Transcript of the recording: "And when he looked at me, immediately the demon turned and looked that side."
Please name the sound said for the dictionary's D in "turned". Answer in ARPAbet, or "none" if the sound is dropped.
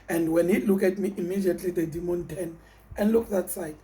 none